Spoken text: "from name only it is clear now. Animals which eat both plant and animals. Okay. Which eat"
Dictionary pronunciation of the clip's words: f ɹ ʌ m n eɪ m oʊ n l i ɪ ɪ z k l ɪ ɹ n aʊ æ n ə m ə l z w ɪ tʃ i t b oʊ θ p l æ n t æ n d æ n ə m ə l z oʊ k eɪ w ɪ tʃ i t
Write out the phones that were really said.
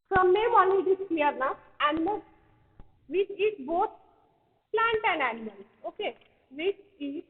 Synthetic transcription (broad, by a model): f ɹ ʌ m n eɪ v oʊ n i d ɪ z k l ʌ ɹ n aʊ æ n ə m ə l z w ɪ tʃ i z b oʊ t p l æ n t æ n d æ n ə m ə l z oʊ k eɪ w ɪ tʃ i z